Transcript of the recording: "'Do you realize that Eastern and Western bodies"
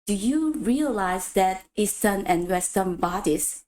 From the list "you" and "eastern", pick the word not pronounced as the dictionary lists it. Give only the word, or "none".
eastern